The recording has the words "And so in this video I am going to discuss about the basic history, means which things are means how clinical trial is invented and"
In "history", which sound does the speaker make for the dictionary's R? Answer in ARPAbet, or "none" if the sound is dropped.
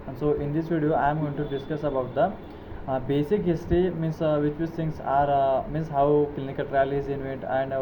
none